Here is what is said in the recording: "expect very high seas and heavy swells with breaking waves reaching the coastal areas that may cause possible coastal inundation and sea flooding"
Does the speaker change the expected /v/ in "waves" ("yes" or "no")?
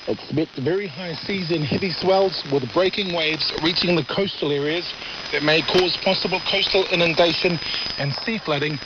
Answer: no